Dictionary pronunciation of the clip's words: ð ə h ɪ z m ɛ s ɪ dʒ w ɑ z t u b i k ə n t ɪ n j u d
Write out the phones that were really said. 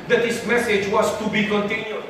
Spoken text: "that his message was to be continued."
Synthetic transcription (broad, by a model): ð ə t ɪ s m ɛ s ɪ dʒ w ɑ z t u b i k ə n t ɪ n j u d